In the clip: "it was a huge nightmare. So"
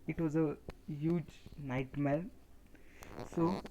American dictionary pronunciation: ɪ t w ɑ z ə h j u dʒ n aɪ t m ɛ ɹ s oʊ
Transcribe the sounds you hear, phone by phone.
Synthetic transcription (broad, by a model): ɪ t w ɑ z ə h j u dʒ n aɪ t m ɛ l s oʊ